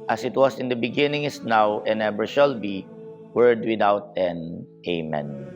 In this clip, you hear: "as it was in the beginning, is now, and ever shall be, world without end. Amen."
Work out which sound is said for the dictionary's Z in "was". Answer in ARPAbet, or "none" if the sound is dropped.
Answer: S